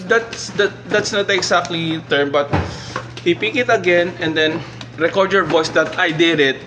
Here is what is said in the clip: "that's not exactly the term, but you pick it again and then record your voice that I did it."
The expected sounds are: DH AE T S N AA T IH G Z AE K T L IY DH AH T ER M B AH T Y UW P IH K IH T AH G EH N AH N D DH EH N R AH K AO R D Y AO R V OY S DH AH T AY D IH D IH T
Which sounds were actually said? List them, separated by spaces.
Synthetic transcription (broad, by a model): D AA T S N AA T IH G S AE K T L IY T ER M B AH T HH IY P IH K IH T AH G EH N AH N D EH N R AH K AO R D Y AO R V OY S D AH T AY D IH D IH T